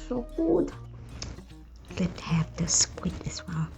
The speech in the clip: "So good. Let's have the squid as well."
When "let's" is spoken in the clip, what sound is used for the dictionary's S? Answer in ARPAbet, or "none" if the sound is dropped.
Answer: none